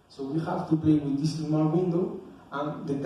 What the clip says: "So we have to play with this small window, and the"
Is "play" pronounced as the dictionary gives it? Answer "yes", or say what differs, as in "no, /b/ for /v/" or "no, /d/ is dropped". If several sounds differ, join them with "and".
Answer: no, /l/ is dropped